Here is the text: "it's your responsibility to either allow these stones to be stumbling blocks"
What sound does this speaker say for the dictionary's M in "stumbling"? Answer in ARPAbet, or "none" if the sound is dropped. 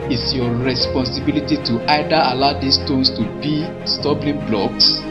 none